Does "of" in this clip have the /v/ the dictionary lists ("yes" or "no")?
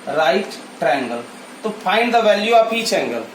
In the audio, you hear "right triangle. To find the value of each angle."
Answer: no